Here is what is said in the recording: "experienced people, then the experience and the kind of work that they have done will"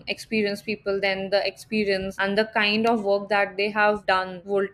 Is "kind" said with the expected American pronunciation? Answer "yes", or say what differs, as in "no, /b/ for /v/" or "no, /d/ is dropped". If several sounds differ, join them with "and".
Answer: yes